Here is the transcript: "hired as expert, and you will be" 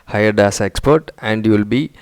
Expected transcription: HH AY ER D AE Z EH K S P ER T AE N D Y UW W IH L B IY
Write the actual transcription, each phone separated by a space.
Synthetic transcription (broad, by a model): HH AY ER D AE S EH K S P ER T AE N D Y UW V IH L B IY